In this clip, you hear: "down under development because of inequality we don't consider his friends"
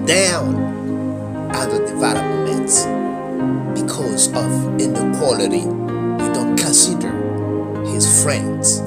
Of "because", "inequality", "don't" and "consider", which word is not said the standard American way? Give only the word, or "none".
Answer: none